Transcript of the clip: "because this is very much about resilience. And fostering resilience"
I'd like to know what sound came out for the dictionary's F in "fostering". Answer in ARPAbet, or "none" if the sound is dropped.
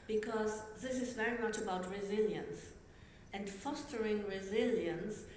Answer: F